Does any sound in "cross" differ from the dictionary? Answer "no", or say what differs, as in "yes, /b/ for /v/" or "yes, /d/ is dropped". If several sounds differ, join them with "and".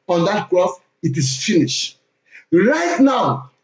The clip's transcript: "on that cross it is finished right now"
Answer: yes, /θ/ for /s/